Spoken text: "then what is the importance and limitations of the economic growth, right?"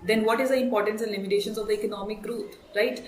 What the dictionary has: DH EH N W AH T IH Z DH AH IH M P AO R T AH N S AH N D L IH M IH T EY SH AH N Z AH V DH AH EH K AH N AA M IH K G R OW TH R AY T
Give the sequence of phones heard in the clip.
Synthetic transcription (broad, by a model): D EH N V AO T IH Z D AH IH M P AO R T AH N S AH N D L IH M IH T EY SH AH N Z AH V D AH EH K AH N AA M IH K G R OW T R AY T